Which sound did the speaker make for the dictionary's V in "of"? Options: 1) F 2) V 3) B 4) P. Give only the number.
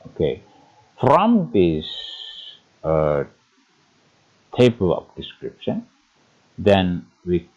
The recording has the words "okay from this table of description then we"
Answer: 4